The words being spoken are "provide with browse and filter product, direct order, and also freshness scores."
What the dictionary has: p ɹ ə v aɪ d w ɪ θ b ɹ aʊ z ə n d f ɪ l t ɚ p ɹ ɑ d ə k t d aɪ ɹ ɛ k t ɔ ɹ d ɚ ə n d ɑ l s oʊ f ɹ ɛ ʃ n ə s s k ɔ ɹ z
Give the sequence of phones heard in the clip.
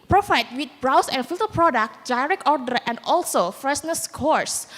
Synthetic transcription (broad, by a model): p ɹ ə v aɪ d w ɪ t b ɹ aʊ s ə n f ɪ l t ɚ p ɹ ɑ d ə k t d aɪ ɹ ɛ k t ɔ ɹ d ɚ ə n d ɑ l s oʊ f ɹ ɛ s n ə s s k ɔ ɹ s